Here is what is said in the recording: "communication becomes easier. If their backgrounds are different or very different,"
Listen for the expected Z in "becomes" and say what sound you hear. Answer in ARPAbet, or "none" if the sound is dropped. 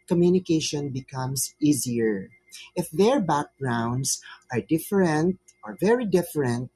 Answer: S